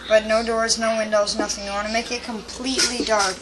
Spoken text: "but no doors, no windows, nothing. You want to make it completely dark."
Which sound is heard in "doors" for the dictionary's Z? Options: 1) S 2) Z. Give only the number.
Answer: 2